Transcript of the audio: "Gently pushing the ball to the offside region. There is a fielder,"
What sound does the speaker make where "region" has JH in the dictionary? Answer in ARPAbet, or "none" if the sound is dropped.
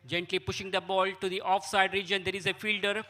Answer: JH